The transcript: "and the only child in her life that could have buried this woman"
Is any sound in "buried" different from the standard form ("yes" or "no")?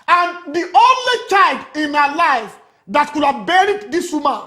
no